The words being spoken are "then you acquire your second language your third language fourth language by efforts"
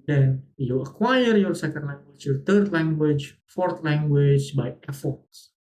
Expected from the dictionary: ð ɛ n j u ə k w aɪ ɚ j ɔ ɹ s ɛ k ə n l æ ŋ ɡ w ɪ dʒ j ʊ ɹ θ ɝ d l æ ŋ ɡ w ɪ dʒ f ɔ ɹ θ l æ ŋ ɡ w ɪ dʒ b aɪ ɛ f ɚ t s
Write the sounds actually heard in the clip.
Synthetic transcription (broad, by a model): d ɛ n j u ə k w aɪ ɚ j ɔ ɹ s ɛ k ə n l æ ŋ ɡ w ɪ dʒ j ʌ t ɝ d l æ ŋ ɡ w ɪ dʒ f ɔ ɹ t l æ ŋ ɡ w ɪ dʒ b aɪ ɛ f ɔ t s